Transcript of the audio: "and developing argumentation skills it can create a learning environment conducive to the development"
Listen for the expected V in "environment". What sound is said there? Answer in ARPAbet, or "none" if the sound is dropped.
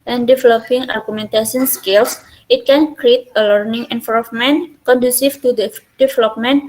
F